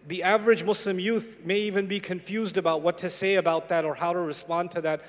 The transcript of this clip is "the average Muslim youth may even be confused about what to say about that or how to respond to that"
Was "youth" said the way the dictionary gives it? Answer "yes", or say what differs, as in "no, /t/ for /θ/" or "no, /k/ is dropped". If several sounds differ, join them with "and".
yes